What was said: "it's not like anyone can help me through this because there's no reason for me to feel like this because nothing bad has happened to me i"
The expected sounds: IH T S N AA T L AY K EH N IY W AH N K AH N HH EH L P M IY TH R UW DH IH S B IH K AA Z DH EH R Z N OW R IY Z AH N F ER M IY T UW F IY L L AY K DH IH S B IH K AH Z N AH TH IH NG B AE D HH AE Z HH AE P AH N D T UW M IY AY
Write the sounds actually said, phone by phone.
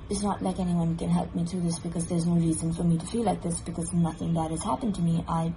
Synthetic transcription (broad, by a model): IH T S N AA T L AY K EH N IY W AH N K AH N HH EH L P M IY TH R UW DH IH S B IH K AA Z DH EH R Z N OW R IY Z AH N F ER M IY T UW F IY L L AY K DH IH S B IH K AH Z N AH TH IH NG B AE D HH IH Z HH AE P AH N T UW M IY AY